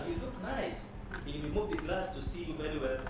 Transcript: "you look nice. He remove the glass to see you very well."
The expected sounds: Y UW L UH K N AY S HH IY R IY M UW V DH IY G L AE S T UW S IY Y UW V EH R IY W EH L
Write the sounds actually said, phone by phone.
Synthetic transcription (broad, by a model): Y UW L UH K N AY S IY W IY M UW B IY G L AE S T UW S IY Y UW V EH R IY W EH